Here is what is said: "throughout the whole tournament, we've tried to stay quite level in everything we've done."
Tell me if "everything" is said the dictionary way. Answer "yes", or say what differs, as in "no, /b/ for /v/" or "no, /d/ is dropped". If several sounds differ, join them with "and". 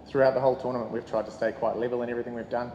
yes